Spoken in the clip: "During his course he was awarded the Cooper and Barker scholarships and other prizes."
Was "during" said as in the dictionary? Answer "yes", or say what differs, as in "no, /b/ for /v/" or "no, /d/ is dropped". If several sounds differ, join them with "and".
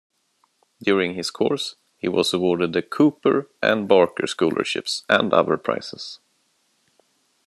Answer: yes